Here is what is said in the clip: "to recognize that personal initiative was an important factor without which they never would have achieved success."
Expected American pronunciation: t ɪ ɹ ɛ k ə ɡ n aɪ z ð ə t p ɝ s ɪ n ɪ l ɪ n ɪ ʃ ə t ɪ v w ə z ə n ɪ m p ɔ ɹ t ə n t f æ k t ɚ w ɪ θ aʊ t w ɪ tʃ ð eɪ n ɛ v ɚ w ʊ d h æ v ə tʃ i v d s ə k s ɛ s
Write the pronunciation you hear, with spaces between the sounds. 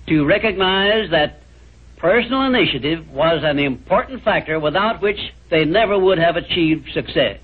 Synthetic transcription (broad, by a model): t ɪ ɹ ɛ k ə ɡ n aɪ z ð ə t p ɝ s n l ɪ n ɪ ʃ ə t ɪ v w ə z ə n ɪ m p ɔ ɹ t n t f æ k t ɚ w ɪ θ aʊ t w ɪ tʃ ð eɪ n ɛ v ɚ w ʊ d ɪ v ə tʃ i v d s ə k s ɛ s